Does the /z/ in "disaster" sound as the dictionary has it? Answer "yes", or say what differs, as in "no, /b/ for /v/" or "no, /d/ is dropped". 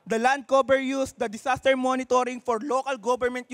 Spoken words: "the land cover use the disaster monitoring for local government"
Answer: no, /s/ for /z/